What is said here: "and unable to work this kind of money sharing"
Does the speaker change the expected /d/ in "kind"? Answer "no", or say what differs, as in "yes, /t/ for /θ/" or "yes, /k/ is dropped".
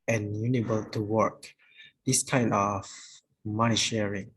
yes, /d/ is dropped